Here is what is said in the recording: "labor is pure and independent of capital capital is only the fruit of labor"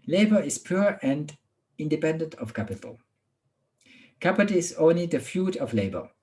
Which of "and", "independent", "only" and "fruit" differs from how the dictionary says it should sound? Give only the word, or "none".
fruit